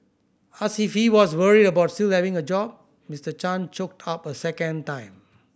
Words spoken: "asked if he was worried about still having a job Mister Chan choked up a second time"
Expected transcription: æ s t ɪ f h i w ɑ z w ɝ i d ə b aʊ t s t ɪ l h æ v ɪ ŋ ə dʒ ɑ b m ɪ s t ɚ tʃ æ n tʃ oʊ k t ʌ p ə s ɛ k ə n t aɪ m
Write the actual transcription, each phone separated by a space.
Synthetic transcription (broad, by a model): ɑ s ɪ f h i w ɑ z w ɝ i d ə b aʊ t s t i l h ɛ v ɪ ŋ ə dʒ ɑ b m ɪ s t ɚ tʃ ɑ n tʃ oʊ k t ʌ p ə s ɛ k ə n t aɪ m